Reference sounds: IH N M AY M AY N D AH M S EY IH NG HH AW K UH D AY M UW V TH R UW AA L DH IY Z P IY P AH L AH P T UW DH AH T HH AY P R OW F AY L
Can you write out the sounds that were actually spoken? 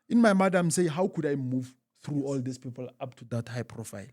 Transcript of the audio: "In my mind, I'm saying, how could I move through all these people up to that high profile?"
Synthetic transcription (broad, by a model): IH N M AY M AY D AH M S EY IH HH AW K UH D AY M UW V TH R UW AA L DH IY S P IY P AH L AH P T UW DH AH T HH AY P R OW F AY L